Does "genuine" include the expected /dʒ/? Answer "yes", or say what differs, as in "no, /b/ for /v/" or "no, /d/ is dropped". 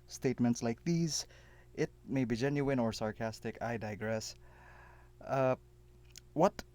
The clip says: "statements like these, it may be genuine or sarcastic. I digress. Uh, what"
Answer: yes